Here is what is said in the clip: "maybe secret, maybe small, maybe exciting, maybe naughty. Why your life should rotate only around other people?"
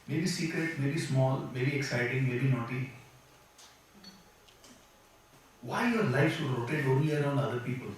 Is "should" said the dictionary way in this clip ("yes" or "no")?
no